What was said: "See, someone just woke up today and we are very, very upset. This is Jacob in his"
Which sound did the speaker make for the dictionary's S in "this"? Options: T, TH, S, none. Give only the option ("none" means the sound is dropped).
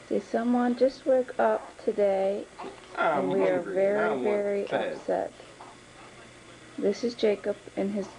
S